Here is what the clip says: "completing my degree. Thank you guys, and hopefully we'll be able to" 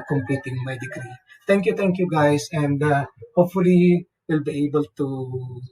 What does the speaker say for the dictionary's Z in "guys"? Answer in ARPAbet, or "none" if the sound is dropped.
S